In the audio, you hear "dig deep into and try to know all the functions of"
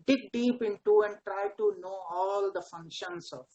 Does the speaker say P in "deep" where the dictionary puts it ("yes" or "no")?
yes